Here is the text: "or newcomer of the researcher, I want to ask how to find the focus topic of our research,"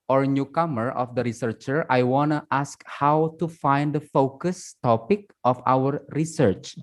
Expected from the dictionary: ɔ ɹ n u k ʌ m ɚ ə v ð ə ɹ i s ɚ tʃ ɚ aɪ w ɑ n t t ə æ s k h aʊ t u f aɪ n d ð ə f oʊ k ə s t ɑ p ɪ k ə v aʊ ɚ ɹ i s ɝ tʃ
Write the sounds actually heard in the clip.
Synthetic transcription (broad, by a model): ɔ ɹ n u k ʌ m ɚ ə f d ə ɹ i s ɚ tʃ ɚ aɪ w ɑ n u t ə s k h aʊ t u f aɪ n d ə f oʊ k ə s t ɑ p ɪ k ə f aʊ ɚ ɹ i s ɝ tʃ